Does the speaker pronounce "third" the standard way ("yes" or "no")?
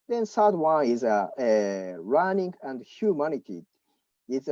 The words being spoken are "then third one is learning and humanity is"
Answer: no